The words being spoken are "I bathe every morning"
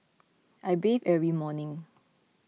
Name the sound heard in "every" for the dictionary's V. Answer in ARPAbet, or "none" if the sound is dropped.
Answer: none